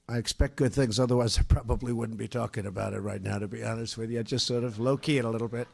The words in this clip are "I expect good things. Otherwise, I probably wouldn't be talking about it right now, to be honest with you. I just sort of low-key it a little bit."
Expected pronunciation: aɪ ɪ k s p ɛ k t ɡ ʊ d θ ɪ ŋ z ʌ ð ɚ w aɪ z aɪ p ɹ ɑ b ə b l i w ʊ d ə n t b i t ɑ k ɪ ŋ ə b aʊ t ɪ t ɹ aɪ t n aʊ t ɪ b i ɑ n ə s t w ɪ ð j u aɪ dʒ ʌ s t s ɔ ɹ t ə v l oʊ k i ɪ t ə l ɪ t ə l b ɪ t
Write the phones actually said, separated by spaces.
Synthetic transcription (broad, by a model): aɪ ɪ k s p ɛ k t ɡ ʊ d θ ɪ ŋ z ʌ ð ɚ w aɪ z aɪ p ɹ ɑ b ə b l i w ʊ d n b i t ɑ k ɪ ŋ ə b aʊ t ɪ t ɹ aɪ t n aʊ t ɪ b i ɑ n ə s t w ɪ ð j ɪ aɪ dʒ ʌ s t s ɔ ɹ t ə v l oʊ k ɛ ɪ t ə l ɪ t l b ɪ t